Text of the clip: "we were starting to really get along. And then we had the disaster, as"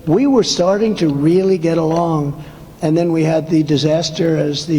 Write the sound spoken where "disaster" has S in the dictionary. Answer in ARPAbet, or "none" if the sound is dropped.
S